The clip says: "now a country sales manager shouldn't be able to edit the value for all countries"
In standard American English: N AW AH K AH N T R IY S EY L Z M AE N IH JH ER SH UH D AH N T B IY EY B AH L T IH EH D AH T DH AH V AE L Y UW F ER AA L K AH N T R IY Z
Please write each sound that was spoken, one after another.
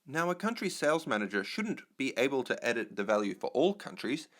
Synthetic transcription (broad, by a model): N AW AH K AH N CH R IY S EY L Z M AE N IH JH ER SH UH D N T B IY EY B AH L T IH EH D AH T DH AH V AE L Y UW F ER AA L K AH N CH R IY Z